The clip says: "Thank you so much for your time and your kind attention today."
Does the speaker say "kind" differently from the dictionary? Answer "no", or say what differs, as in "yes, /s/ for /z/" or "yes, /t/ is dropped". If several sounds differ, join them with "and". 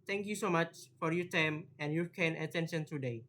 yes, /d/ is dropped